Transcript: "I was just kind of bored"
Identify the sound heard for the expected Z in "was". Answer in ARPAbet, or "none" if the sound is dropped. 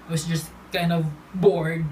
S